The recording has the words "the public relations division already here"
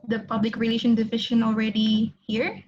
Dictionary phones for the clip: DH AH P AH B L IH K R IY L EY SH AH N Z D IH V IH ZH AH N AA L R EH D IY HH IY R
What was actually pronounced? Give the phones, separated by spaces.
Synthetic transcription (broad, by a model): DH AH P AH B L IH K R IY L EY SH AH N D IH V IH SH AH N AA L R EH D IY HH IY R